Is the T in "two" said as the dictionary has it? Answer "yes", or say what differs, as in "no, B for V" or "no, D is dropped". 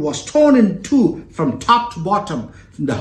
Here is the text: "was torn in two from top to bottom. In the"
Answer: yes